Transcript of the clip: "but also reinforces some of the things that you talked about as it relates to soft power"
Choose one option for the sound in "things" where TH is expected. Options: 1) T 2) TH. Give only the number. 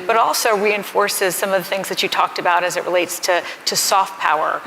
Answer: 2